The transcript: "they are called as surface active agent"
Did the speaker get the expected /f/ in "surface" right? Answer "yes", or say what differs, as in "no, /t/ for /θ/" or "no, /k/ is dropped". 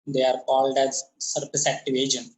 no, /p/ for /f/